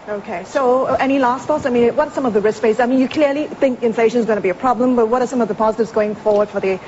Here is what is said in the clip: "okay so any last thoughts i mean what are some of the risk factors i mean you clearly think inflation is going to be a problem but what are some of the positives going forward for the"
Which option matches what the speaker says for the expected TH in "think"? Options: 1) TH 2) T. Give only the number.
1